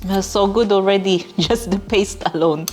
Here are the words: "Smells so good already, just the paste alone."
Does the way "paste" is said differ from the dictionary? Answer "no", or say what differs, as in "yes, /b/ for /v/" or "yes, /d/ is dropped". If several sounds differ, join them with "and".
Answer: no